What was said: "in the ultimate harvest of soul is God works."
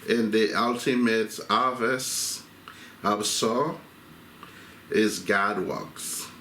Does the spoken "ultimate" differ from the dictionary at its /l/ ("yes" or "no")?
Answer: no